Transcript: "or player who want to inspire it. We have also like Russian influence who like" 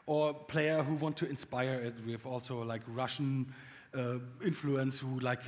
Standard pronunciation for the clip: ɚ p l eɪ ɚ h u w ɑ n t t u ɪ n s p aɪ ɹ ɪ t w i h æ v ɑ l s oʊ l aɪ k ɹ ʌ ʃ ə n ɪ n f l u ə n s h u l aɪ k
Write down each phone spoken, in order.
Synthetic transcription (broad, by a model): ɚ p l eɪ ɚ h u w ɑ n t t u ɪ n s p aɪ ɹ ɪ t w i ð ɑ l s oʊ l aɪ k ɹ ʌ ʃ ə ɪ n f l u ə n s h u l aɪ k